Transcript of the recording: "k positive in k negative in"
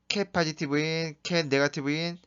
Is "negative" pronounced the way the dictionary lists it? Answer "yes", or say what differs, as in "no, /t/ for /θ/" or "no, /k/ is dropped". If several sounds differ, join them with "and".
no, /b/ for /v/